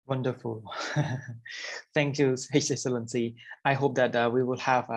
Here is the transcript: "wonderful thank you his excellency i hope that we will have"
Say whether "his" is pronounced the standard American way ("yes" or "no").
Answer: no